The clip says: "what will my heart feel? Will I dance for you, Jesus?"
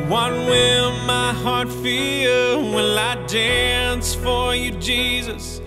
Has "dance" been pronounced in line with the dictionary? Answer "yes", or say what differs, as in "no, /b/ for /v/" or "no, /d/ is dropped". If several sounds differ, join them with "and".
yes